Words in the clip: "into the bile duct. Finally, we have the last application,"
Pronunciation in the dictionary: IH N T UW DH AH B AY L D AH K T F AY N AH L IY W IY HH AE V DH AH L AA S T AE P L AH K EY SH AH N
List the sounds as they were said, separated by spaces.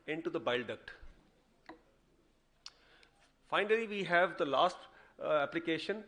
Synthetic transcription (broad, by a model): IH N T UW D AH B AY L D AH K T F AY N AH L IY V IY HH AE V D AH L AA S T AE P L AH K EY SH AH N